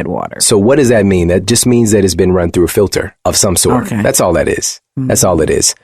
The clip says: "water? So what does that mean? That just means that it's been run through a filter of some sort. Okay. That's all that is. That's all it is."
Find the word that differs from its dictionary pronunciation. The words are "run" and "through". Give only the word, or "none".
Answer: none